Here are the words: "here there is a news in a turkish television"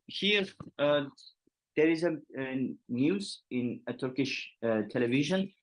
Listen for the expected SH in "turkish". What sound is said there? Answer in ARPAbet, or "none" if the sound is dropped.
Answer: SH